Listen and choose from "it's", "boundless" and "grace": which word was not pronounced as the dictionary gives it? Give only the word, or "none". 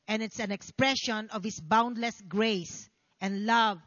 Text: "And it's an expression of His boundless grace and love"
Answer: none